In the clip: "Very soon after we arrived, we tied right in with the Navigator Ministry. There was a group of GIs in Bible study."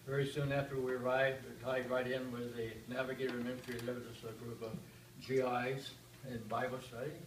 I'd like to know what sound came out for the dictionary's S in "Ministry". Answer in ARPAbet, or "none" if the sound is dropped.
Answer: none